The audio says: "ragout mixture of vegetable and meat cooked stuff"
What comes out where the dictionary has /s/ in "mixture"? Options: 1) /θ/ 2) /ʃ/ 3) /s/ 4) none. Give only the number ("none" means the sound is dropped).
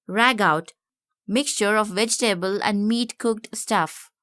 3